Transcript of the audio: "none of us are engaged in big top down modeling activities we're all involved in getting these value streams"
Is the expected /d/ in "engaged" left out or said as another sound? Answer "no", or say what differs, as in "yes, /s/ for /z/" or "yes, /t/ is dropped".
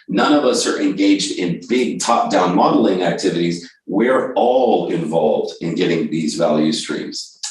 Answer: no